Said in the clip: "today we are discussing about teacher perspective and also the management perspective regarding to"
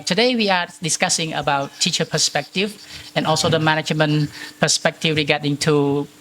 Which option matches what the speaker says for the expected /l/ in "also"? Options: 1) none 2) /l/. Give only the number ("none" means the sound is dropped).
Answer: 2